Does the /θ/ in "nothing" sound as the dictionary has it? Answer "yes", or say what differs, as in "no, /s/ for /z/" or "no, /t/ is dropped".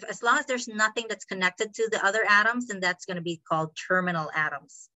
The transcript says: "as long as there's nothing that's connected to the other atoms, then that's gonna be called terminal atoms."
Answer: yes